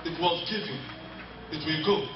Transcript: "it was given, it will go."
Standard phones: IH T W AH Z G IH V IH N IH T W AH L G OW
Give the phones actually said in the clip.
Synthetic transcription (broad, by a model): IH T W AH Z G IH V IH IH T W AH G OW